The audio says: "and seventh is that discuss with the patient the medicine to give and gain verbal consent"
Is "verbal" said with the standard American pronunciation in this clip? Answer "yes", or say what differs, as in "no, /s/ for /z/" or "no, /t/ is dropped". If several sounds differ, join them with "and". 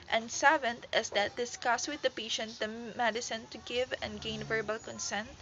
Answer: yes